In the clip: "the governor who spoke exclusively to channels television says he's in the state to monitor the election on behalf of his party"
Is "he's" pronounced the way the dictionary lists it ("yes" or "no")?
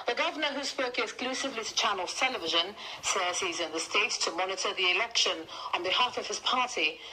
yes